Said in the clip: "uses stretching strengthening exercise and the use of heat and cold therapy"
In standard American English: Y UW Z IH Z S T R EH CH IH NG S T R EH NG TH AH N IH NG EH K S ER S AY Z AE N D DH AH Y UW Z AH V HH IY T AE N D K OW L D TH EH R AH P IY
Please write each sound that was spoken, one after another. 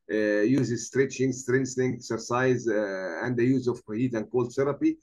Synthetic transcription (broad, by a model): Y UW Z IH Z S T R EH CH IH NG S T R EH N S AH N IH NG EH K S ER S AY Z AE N D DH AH Y UW Z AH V HH IY T AE N D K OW L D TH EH R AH P IY